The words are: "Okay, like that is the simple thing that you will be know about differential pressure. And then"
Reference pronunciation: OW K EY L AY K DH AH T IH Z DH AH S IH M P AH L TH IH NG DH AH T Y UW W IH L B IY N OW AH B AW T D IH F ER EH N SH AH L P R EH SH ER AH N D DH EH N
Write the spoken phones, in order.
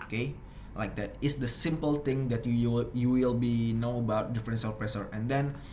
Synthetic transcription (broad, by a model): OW K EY L AY K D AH T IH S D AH S IH M P AH L T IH NG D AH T Y UW W IH L B IY N OW AH B AW T D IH F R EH N S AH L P R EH S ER AH N D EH N